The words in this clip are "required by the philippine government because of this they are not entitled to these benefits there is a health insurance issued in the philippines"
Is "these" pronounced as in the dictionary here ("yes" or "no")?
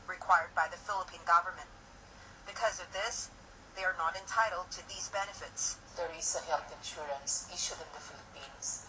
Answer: yes